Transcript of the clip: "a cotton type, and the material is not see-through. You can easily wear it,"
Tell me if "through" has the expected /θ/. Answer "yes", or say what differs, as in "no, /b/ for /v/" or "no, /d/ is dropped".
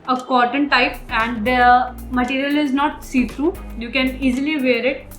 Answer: no, /t/ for /θ/